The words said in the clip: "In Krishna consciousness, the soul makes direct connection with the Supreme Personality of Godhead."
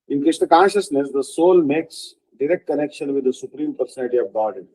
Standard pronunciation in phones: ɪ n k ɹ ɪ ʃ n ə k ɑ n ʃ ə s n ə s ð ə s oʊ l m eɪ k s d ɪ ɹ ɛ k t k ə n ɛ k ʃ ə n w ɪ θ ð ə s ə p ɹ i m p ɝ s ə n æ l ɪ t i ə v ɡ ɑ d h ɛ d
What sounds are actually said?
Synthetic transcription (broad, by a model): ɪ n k ɪ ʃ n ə k ɑ n ʃ ə s n ə s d ə s oʊ l m eɪ k s d ɪ ɹ ɛ k t k ə n ɛ k ʃ ə n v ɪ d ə s ə p ɹ i m p ɝ s ə n æ l ɪ t i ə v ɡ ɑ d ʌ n